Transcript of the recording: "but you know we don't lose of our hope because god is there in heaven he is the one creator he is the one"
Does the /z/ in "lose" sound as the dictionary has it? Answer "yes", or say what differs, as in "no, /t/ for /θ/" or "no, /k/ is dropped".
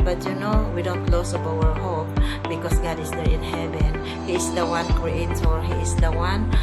no, /s/ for /z/